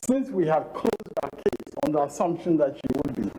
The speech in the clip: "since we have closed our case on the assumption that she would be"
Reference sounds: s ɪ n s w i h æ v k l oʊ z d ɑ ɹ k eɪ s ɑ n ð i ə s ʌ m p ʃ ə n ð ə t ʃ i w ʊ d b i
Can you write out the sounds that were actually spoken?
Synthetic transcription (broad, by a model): s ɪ n s w i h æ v k l oʊ z d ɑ k eɪ s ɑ n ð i ə s ʌ m p ʃ ə n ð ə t ʃ i w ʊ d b i